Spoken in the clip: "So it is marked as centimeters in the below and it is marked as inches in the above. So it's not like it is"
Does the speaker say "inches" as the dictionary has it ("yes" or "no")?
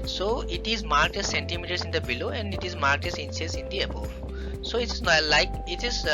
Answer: no